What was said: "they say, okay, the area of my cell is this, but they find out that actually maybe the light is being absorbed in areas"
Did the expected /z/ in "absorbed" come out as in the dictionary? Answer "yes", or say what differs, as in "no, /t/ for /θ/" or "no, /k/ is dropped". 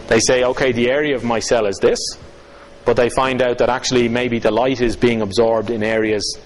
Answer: yes